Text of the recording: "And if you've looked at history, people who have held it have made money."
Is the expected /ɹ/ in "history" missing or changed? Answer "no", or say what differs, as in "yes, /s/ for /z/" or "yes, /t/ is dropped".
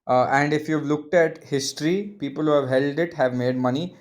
no